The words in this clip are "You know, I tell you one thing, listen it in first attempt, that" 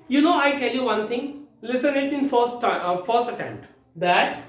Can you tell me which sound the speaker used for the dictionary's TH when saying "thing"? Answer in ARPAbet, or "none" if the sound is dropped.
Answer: T